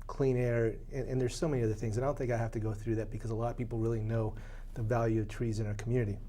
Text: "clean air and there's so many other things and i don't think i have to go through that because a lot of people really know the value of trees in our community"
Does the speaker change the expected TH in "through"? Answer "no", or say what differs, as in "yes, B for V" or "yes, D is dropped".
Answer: no